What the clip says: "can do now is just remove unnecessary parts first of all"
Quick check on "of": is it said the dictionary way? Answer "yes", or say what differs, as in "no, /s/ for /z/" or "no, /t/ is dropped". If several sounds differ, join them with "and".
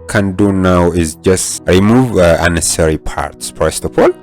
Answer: no, /p/ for /v/